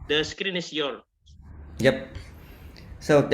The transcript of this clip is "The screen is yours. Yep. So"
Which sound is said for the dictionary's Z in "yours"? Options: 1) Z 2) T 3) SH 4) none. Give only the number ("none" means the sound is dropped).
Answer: 4